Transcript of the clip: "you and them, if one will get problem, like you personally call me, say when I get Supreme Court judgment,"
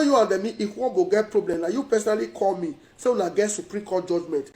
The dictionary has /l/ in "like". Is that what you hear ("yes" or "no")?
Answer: no